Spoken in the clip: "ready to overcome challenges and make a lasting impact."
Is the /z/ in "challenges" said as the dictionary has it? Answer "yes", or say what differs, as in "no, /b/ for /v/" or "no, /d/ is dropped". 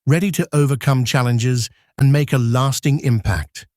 yes